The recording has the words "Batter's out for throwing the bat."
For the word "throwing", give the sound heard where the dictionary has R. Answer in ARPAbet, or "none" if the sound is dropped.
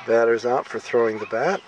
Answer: R